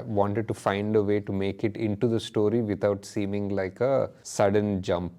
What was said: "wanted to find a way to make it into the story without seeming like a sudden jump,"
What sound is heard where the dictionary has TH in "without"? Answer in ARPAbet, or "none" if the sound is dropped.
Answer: T